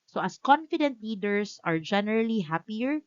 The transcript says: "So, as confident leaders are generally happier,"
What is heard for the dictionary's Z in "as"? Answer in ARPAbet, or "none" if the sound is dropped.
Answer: S